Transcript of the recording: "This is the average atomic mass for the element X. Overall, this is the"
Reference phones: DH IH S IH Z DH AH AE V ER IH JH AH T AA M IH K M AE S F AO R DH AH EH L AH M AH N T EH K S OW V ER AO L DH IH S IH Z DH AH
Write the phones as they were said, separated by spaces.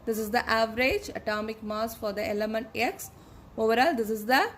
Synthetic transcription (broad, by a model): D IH S IH Z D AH AE V ER IH JH AH T AA M IH K M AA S F AO R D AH EH L AH M AH N T EH K S OW V ER AO L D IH S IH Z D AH